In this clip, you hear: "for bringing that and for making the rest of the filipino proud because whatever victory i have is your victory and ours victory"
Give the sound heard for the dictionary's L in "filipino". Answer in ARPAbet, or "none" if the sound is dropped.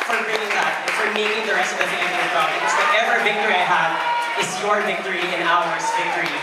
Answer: none